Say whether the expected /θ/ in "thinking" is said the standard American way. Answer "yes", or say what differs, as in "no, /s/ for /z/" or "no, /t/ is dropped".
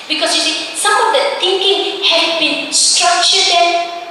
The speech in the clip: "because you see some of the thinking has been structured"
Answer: no, /t/ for /θ/